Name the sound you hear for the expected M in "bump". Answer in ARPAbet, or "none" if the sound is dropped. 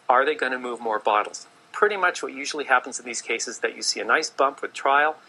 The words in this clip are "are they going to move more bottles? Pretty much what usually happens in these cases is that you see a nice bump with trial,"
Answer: M